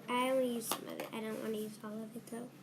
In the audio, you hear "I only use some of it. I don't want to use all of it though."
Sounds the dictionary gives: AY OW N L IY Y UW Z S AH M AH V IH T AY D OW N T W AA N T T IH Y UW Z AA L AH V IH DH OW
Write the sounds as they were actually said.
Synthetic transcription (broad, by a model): AY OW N IY Y UW Z S AH M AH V IH T AY D OW N T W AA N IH Y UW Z AA L AH V IH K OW